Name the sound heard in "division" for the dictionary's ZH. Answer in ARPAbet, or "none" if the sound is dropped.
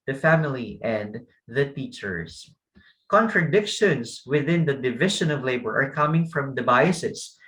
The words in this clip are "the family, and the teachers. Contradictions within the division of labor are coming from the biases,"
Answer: SH